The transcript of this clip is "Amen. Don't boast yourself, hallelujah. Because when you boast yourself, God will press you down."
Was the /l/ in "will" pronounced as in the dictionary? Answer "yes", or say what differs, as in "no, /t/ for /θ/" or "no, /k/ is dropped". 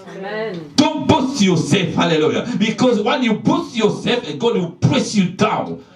no, /n/ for /l/